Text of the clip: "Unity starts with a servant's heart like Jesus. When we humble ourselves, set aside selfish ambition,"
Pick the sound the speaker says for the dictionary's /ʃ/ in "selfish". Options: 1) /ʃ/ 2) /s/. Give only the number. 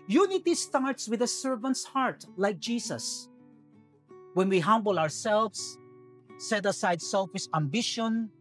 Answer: 2